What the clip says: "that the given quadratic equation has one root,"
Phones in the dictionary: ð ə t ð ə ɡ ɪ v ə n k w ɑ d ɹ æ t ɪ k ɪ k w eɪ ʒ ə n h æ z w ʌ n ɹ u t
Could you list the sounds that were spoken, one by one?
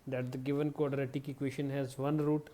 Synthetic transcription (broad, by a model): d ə t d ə ɡ ɪ v ə n k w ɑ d ɹ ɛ t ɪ k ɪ k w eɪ ʃ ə n h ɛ z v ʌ n ɹ u t